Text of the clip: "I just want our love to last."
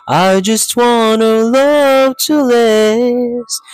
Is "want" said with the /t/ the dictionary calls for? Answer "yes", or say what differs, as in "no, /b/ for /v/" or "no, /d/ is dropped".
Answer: no, /t/ is dropped